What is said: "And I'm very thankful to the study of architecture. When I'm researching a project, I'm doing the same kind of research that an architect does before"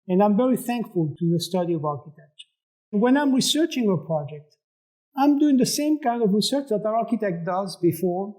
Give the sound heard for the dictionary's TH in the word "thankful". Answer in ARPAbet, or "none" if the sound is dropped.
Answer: TH